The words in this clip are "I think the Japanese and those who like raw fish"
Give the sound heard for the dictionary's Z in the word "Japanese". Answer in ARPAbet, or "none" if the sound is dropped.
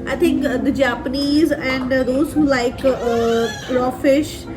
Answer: Z